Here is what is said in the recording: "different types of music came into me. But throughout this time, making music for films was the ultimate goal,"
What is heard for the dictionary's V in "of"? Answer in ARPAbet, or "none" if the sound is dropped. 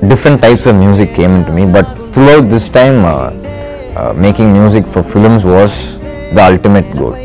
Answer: V